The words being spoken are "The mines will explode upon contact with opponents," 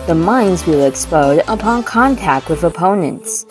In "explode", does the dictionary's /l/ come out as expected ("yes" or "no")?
no